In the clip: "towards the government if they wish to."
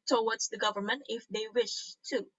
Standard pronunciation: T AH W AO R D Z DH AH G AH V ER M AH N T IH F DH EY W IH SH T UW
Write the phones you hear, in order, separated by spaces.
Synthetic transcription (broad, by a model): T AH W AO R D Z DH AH G AH V ER M AH N T IH F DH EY W IH SH T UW